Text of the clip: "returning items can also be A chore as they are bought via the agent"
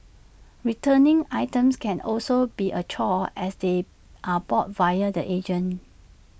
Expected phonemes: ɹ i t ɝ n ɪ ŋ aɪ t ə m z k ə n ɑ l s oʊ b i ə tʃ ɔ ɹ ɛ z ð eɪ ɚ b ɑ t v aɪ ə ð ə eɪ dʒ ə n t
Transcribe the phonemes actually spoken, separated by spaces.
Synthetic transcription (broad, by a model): ɹ i t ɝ n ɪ ŋ aɪ t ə m s k ə n ɑ l s oʊ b i ə tʃ ɔ ɛ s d eɪ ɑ b ɑ t v aɪ ə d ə eɪ dʒ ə n